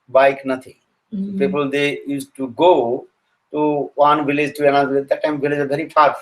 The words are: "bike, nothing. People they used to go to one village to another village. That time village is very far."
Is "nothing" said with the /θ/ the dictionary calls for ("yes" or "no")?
no